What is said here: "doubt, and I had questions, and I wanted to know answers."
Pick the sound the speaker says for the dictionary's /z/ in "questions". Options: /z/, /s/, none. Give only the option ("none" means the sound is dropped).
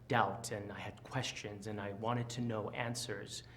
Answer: /z/